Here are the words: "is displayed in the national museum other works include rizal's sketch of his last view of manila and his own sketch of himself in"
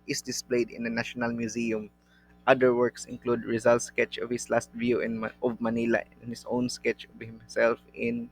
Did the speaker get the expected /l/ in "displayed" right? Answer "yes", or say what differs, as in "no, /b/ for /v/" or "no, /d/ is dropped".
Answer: yes